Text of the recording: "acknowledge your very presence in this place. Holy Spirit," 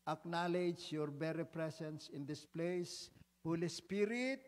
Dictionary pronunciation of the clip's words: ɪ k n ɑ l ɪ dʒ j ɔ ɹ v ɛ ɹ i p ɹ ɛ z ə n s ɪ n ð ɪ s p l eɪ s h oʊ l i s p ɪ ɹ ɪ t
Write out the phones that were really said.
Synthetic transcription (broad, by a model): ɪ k n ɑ l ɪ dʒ j ɔ ɹ b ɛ ɹ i p ɹ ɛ s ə n s ɪ n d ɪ s p l eɪ s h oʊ l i s p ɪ ɹ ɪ t